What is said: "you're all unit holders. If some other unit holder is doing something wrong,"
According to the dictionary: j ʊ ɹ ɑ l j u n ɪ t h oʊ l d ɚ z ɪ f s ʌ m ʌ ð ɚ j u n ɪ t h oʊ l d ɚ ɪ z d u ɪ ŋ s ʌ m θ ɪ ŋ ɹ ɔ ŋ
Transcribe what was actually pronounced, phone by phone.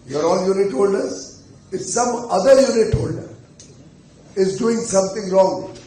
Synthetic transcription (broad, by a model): j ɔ ɹ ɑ n j u n ɪ t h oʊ l d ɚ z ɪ s ʌ m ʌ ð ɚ j u n ɪ t h oʊ l d ɚ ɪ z d u ɪ ŋ s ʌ m t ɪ ŋ ɹ ɔ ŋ